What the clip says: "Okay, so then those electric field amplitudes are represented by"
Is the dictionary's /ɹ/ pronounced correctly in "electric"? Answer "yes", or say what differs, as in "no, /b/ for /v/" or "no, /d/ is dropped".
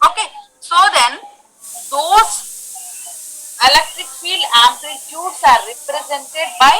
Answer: no, /ɹ/ is dropped